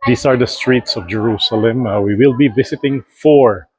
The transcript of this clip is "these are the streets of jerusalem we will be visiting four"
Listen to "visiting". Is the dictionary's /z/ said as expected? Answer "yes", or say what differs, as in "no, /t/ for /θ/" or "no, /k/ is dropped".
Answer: no, /s/ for /z/